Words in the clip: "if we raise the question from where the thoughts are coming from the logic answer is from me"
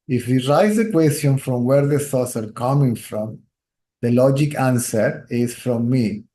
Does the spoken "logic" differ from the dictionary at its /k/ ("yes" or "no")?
no